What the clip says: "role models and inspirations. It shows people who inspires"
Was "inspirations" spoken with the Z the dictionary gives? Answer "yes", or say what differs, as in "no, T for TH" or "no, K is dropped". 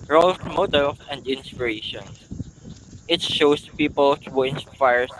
no, Z is dropped